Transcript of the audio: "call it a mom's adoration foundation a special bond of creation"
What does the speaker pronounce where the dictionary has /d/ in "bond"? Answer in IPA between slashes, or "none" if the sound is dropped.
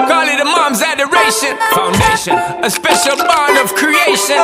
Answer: none